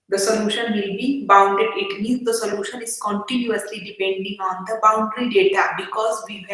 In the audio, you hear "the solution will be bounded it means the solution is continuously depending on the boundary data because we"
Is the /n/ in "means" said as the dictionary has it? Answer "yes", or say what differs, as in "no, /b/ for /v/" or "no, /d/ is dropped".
no, /n/ is dropped